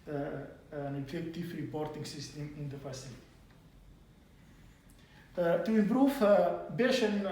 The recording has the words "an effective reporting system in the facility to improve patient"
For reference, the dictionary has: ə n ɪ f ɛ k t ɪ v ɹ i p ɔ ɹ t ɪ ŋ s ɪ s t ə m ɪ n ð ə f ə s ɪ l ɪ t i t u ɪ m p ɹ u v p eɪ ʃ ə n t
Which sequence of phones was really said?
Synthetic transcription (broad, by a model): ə n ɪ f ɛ k t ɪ f ɹ i p ɔ ɹ t ɪ ŋ s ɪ s t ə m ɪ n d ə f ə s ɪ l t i t u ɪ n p ɹ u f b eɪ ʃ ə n